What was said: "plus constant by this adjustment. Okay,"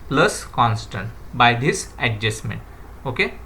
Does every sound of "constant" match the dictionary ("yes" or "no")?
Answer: yes